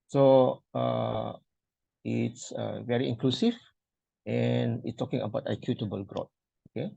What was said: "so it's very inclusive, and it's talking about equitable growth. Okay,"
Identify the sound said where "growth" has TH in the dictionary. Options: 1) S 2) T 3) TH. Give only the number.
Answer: 2